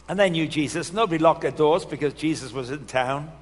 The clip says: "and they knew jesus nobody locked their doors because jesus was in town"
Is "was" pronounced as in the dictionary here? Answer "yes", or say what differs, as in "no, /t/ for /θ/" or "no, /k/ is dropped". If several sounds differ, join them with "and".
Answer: yes